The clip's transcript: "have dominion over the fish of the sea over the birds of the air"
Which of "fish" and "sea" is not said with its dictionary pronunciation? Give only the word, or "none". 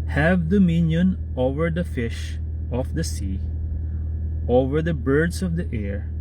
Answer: none